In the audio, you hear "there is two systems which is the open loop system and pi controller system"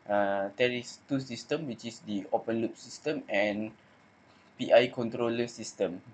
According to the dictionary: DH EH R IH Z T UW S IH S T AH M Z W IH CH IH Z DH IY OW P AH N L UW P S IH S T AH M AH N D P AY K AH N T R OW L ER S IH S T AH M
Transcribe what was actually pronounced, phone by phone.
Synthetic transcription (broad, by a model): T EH R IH S T UW S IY S T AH M W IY CH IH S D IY OW P AH N L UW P S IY S T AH M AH N P AY K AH N T R OW L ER S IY S T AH M